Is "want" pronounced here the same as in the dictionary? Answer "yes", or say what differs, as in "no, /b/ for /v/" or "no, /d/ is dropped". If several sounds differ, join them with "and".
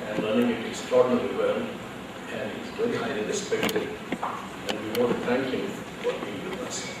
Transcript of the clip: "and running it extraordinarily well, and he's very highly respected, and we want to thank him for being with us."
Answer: no, /n/ is dropped